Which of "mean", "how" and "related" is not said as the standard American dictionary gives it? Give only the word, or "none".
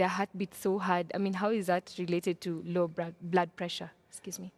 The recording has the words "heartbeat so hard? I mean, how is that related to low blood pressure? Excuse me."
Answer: none